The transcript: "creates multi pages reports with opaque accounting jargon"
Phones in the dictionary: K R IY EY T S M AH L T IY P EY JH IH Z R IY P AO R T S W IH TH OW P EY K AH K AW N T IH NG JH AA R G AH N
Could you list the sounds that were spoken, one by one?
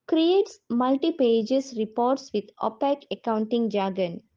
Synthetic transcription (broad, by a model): K R IY EY T S M AH L T IY P EY JH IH S R IY P AO R T S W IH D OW P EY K AH K AW N T IH NG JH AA G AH N